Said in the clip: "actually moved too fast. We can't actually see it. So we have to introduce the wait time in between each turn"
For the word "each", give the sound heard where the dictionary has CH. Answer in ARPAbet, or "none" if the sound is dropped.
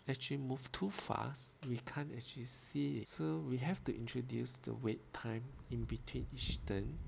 S